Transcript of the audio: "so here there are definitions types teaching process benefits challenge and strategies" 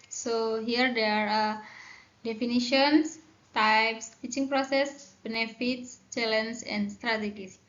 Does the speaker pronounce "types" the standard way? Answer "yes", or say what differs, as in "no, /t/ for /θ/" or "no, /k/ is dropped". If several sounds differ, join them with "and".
yes